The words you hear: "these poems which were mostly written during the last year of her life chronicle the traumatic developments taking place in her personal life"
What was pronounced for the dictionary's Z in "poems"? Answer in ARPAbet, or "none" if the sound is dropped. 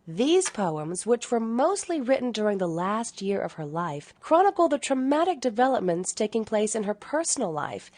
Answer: Z